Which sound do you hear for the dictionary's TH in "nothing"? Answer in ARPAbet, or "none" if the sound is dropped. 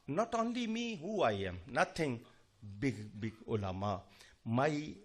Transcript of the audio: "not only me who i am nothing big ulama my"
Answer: T